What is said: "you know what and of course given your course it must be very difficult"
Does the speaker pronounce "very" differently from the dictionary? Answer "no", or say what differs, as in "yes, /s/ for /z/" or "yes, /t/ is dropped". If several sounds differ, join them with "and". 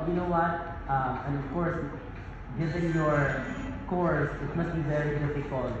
no